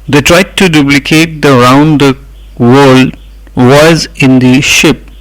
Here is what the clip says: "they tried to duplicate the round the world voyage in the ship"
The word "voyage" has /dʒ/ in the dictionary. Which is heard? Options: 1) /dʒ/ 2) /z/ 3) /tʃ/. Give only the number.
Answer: 2